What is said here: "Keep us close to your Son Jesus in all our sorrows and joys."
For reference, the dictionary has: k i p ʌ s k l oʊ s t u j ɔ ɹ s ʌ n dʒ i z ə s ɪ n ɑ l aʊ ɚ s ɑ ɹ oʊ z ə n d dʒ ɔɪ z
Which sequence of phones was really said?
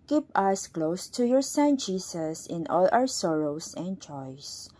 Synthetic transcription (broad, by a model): k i p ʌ s k l oʊ s t u j ɔ ɹ s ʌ n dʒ i s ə s ɪ n ɑ l aʊ ɚ s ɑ ɹ oʊ s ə n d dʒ ɔɪ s